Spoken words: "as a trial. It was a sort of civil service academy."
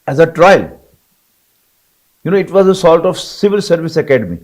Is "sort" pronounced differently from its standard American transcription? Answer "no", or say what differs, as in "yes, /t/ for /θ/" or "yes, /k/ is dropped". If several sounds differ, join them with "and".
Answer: yes, /l/ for /ɹ/